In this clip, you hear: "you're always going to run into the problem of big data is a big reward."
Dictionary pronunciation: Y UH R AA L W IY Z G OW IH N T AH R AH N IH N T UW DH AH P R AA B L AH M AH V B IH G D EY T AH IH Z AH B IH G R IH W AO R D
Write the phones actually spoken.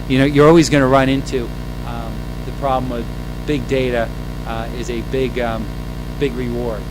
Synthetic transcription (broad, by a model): Y UH R AA L W IY Z G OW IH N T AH R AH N IH N T UW DH AH P R AA B L AH M AH V B IH G D EY T AH IH Z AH B IH G R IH W AO R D